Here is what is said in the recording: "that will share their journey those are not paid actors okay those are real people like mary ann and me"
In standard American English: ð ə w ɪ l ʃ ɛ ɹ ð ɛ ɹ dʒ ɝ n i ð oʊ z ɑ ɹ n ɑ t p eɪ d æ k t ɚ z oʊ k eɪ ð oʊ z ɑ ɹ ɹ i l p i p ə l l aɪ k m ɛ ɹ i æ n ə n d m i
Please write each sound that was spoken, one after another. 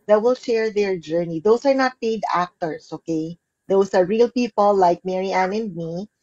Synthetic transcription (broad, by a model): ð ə w ɪ l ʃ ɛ ɹ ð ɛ ɹ dʒ ɝ n i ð oʊ s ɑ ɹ n ɑ t p eɪ d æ k t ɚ s oʊ k eɪ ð oʊ s ɑ ɹ ɹ i l p i p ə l l aɪ k m ɛ ɹ i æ n ə n d m i